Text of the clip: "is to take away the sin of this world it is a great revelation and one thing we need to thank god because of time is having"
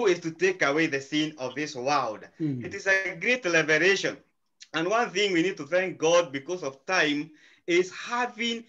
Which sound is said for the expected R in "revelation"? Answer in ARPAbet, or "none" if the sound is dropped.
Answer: L